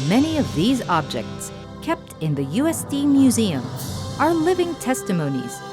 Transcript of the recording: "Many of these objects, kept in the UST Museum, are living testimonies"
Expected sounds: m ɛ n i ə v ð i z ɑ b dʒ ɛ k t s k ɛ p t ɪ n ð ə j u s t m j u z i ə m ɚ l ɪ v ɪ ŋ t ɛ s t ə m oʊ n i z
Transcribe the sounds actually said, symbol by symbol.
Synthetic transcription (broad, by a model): m ɛ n i ə v ð i z ɑ b dʒ ɛ k t s k ɛ p t ɪ n ð ə j u s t m j u z i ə m ɚ l ɪ v ɪ ŋ t ɛ s t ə m oʊ n i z